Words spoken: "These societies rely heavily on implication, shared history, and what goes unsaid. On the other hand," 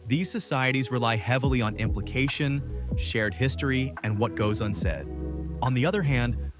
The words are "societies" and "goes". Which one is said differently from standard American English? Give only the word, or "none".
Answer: none